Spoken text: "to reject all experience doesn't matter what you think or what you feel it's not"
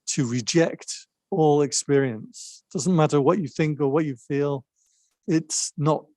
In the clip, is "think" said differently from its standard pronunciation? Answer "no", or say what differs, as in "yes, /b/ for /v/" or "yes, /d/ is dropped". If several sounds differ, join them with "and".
no